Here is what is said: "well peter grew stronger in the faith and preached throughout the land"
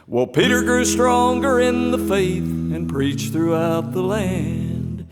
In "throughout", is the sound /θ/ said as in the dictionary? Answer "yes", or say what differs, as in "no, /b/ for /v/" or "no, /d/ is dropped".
yes